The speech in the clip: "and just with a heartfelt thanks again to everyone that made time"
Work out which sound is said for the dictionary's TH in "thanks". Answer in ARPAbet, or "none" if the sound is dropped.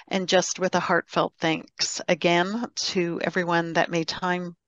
TH